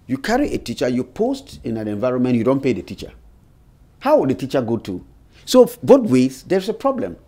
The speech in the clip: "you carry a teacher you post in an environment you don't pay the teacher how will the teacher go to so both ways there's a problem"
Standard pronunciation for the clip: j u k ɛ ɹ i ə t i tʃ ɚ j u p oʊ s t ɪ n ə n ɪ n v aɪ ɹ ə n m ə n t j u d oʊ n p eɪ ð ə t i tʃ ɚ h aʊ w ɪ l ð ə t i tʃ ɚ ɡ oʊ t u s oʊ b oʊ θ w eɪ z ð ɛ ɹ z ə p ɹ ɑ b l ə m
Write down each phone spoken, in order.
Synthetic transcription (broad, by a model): j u k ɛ ɹ i ə t i tʃ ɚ j u p oʊ s t ɪ n ə n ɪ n v aɪ ɹ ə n m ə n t j u d oʊ n p eɪ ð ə t i tʃ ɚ h aʊ w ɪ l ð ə t i tʃ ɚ ɡ oʊ t u s oʊ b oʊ t w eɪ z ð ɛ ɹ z ə p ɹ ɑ b l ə m